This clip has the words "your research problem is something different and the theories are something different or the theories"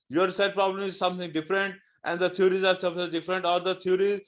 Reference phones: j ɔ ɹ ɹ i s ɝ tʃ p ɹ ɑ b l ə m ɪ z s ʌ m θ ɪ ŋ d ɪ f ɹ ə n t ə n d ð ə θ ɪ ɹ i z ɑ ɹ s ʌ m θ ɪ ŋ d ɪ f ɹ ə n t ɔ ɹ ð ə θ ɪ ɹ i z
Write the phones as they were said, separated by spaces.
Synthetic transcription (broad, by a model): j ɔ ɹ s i ɪ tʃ p ɹ ɑ b l ə m ɪ z s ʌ m t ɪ ŋ d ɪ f ɹ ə n t ə n d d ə t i ɹ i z ɑ ɹ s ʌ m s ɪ d ɪ f ɹ ə n t ɔ ɹ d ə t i ɹ i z